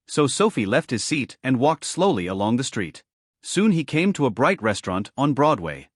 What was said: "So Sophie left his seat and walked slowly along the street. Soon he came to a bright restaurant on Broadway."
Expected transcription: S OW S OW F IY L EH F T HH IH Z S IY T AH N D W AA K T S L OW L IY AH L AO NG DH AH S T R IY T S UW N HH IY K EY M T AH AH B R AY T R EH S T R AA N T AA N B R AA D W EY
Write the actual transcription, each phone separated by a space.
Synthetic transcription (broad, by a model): S OW S OW F IY L EH F T HH IH Z S IY T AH N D W AA K T S L OW L IY AH L AO NG DH AH S T R IY T S UW N IY K EY M T AH AH B R AY T R EH S T R AA N T N B R AA D W EY